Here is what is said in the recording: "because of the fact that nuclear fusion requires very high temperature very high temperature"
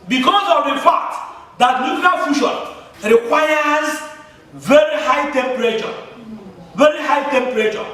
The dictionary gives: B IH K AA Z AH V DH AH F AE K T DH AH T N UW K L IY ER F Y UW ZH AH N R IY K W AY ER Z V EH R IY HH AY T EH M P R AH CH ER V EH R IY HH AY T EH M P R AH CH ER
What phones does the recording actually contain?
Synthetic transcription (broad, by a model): B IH K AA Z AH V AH F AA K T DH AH T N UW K L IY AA F Y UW SH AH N R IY K W AY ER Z V EH R IY HH AY T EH M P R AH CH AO V EH R IY HH AY T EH M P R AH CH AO